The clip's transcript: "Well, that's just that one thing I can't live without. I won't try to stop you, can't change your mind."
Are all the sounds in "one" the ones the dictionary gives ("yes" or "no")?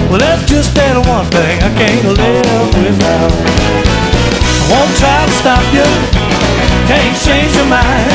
yes